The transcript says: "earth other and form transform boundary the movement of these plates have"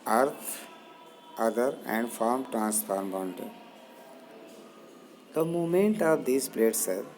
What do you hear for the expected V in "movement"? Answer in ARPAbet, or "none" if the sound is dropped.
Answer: none